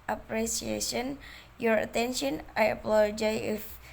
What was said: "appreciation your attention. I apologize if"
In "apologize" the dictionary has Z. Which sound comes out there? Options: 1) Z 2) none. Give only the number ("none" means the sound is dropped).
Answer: 2